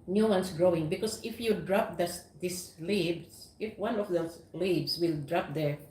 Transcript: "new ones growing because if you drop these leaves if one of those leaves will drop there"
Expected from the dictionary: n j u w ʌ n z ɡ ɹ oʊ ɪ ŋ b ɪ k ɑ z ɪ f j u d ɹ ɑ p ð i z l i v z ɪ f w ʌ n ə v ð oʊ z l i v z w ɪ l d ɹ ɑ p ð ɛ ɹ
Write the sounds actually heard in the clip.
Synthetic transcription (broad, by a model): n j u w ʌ n s ɡ ɹ oʊ ɪ ŋ b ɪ k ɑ s ɪ f j u d ɹ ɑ p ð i s l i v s ɪ f w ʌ n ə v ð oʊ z l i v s w ɪ l d ɹ ɑ p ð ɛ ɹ